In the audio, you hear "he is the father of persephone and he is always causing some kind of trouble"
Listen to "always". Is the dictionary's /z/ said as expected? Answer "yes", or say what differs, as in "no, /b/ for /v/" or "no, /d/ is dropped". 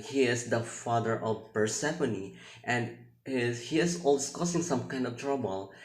no, /z/ is dropped